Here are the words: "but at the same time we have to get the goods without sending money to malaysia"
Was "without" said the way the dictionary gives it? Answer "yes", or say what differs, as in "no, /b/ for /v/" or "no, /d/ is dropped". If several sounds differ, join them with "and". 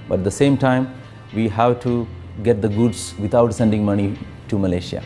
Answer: no, /t/ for /θ/